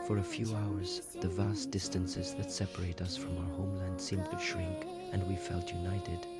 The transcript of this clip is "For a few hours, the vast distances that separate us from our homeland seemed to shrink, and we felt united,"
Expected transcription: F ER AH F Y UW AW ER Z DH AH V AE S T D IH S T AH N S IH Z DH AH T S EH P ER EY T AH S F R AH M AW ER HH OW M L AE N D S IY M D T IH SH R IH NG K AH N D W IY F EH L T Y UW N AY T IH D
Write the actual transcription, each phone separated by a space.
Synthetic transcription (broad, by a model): F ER AH F Y UW AW ER Z DH AH V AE S D IH S T AH N S IH Z DH AH T S EH P ER EY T AH S F R AH M AW ER HH OW M L AE N D S IY M T IH SH R IH NG K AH N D W IY F EH L T Y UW N AY T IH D